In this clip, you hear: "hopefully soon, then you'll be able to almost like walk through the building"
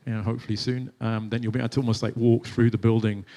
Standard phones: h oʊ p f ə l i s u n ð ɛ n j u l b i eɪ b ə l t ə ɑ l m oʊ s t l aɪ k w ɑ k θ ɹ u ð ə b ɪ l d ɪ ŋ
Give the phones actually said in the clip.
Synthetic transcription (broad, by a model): h oʊ p f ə l i s u n ð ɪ n j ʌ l b i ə n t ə ɑ l m oʊ s t l aɪ k w ɑ k θ ɹ u ð ə b ɪ l d ɪ ŋ